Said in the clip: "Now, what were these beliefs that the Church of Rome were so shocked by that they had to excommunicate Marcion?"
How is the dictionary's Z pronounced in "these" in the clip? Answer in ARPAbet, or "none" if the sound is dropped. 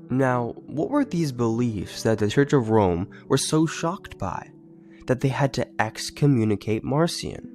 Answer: Z